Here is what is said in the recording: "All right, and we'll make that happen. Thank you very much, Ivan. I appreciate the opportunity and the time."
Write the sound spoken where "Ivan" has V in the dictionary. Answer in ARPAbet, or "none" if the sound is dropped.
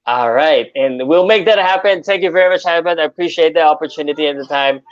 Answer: B